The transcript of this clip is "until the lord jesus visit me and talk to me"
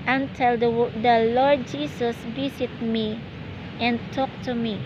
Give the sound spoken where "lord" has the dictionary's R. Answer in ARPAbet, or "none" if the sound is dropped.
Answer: R